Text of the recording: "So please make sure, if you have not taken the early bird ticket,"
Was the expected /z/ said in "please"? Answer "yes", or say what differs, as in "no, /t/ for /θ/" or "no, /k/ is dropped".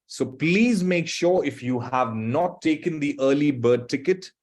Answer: yes